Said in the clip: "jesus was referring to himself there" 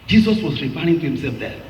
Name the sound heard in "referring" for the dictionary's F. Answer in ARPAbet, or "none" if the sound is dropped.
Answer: P